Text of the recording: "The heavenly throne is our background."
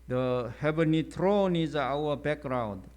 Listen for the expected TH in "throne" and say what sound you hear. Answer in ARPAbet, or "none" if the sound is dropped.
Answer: T